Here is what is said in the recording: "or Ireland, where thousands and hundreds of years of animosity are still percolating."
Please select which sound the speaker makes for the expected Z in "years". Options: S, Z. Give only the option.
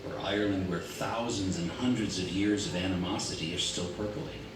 Z